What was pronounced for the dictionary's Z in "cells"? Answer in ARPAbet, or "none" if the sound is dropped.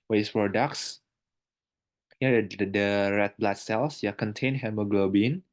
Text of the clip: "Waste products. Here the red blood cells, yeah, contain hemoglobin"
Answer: S